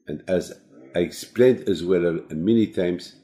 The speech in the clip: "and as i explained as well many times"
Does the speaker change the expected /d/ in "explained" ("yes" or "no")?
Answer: no